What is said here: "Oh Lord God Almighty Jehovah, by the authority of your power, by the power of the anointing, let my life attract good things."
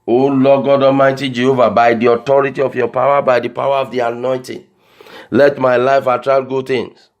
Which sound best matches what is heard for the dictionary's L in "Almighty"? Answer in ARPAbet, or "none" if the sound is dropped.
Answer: none